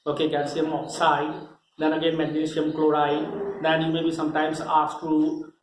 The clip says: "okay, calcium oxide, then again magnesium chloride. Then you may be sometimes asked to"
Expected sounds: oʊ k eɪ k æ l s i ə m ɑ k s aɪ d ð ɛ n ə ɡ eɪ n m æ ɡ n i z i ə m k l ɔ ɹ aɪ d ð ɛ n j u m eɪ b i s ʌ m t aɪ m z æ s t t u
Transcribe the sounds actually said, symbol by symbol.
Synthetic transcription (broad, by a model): oʊ k eɪ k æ n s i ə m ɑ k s aɪ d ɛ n ə ɡ eɪ n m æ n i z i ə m k l ɔ ɹ aɪ d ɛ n j u m eɪ b i s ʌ m t aɪ m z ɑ s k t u